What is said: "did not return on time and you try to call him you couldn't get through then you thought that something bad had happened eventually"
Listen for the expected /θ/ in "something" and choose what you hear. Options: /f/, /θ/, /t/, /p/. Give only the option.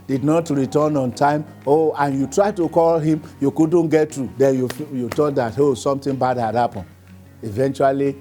/t/